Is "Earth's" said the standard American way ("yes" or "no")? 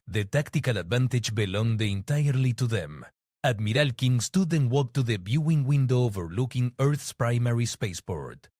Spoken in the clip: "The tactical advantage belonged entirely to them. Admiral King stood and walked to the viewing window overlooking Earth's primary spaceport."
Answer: yes